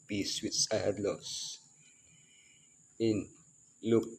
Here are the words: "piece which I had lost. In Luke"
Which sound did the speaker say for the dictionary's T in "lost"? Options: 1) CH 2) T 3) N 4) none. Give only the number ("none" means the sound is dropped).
4